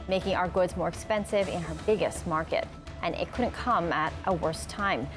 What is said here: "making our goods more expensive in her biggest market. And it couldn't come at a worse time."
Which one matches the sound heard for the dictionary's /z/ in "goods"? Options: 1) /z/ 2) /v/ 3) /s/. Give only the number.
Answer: 1